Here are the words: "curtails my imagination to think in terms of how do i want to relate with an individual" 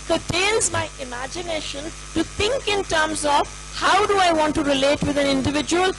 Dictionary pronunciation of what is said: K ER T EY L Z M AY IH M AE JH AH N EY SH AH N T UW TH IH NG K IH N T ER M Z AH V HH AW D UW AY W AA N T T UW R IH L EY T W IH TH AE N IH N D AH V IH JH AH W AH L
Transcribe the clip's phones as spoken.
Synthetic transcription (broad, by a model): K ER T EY L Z M AY IH M AE JH AH N EY SH AH N T UW T IH NG K IH N T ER M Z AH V HH AW D UW AY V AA N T T UW R IH L EY T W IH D AE N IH N D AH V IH JH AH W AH L